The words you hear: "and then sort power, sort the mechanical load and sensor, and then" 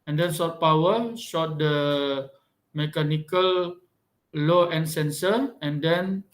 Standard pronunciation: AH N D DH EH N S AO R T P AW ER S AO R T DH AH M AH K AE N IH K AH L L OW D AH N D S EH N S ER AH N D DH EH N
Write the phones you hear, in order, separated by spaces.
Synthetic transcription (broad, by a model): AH N D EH N S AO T P AW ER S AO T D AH M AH K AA N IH K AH L L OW AH N S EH N S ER AH N D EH N